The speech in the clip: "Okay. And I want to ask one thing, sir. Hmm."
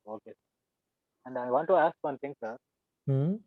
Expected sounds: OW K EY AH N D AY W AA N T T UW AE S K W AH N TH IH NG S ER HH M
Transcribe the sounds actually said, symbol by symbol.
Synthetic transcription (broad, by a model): OW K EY AH N D AY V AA N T T UW AE S K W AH N T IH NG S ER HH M